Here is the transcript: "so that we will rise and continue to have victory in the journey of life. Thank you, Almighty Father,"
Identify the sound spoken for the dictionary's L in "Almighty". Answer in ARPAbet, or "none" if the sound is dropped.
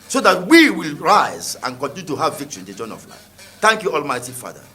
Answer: L